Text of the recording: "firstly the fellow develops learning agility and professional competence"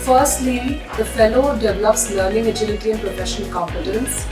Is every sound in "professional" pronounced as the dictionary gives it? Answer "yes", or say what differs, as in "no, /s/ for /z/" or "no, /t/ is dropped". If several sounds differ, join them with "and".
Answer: no, /n/ is dropped and /n/ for /l/